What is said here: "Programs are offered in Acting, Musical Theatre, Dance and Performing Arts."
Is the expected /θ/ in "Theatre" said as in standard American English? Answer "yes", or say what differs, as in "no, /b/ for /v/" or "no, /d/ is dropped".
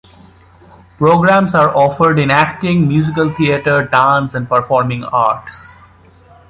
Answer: no, /t/ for /θ/